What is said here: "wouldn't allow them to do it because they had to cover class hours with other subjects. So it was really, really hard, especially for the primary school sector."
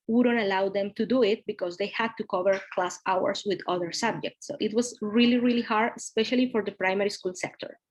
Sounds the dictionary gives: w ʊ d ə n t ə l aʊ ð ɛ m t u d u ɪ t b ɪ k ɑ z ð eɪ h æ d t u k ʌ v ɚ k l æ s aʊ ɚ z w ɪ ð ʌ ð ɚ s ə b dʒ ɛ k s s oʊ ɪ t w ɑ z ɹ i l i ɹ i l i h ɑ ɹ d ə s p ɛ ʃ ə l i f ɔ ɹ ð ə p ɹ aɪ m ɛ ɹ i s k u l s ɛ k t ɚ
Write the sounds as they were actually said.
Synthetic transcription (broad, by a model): w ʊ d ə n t ə l aʊ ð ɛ m t u d u ɪ t b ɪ k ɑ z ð eɪ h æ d t u k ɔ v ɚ k l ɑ s aʊ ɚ s w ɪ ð ʌ ð ɚ s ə b dʒ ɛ k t s oʊ ɪ t w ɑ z ɹ i l i ɹ i l i h ɑ ɹ d ə s p ɛ ʃ ə l i f ɔ ɹ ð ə p ɹ aɪ m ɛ ɹ i s k u l s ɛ k t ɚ